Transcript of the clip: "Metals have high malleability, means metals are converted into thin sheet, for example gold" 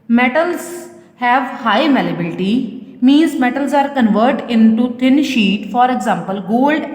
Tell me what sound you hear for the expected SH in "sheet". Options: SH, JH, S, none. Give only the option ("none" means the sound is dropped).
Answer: SH